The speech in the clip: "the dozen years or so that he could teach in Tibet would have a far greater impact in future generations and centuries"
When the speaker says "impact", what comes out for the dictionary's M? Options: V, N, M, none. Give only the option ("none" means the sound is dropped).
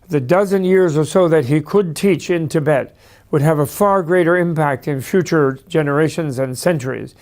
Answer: M